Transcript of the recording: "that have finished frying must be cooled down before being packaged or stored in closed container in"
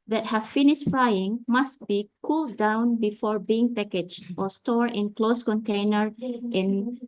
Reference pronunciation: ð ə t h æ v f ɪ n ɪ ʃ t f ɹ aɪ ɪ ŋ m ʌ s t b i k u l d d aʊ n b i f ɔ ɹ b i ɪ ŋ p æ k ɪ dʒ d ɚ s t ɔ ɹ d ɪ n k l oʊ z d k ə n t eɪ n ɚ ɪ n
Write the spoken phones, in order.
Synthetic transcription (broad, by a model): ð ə t h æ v f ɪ n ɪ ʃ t f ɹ aɪ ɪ ŋ m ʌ s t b i k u l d d aʊ n b i f ɔ ɹ b i ɪ ŋ p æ k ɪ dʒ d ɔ s t ɔ ɹ ɪ n k l oʊ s k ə n t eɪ n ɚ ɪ n